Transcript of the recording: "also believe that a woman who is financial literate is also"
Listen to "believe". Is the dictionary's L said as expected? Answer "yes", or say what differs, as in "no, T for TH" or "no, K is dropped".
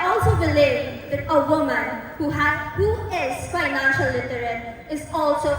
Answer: yes